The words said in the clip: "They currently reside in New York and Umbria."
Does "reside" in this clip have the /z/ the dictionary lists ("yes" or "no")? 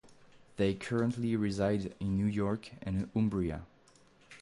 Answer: yes